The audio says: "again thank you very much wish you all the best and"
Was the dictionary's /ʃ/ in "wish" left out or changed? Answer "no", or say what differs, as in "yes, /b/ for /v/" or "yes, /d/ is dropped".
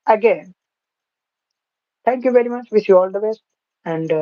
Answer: yes, /s/ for /ʃ/